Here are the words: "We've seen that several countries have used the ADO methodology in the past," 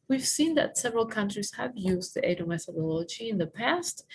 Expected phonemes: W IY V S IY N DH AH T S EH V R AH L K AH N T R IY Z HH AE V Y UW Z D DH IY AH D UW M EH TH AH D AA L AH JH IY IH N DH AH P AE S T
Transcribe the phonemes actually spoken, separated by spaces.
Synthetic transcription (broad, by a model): W IY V S IY N DH AH T S EH V R AH L K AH N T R IY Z HH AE V Y UW Z D DH IY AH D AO M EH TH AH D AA L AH JH IY IH N DH AH P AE S T